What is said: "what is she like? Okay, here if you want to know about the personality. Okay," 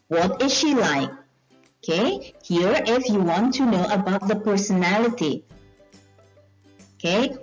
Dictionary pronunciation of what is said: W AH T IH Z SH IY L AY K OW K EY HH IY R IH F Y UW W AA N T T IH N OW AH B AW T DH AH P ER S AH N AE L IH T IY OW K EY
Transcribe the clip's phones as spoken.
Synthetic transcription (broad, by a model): W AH T IH Z SH IY L AY K OW K EY HH IY R IH F Y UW W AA N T T IH N OW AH B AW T DH AH P ER S AH N AE L IH T IY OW K EY